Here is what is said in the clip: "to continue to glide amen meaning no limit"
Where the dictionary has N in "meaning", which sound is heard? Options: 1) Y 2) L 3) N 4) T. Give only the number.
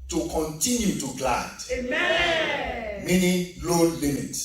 2